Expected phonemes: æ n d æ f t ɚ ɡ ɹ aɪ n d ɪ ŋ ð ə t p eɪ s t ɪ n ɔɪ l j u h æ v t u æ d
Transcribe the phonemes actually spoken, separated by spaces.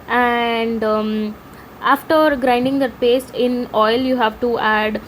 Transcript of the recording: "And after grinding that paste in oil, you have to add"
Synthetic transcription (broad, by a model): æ n d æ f t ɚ ɡ ɹ aɪ n d ɪ ŋ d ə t p eɪ s ɪ n ɔɪ l j u h æ v t u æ d